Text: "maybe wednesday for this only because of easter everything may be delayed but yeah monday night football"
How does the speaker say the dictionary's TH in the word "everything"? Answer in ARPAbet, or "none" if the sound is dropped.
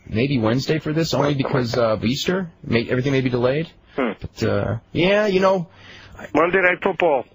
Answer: TH